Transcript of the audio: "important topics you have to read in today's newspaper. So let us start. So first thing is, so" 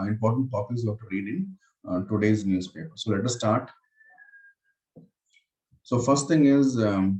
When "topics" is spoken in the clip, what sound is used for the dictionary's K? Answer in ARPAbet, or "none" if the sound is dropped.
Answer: none